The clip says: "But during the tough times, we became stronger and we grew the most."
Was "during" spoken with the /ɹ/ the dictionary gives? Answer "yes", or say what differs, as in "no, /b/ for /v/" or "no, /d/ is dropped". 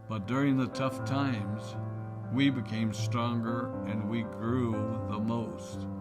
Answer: yes